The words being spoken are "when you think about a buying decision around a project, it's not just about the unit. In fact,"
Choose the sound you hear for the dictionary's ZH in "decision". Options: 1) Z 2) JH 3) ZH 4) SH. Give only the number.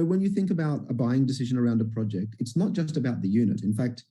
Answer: 3